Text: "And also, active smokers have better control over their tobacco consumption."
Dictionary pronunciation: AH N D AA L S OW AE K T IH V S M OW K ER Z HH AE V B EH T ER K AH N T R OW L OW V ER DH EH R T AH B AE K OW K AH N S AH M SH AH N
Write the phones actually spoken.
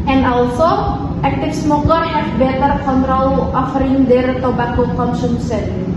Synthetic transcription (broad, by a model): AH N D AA L S OW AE K T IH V S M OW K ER HH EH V B EH T ER K AH N T R OW L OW F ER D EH R T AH B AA K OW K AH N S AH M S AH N